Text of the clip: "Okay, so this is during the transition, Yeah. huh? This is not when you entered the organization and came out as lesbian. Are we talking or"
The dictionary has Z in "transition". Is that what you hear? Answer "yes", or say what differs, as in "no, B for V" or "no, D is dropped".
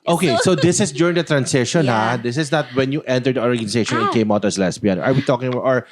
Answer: no, S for Z